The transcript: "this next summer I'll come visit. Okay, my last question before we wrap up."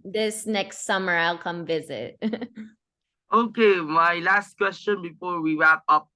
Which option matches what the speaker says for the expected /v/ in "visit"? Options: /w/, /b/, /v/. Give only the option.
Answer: /v/